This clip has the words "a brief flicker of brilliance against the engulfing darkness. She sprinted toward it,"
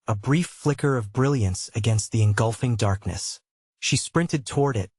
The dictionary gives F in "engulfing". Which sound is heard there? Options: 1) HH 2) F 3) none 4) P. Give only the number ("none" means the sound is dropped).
2